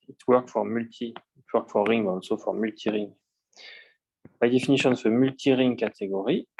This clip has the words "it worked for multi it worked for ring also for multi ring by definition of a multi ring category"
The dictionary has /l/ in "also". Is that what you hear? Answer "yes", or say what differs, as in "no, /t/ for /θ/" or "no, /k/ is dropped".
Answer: no, /n/ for /l/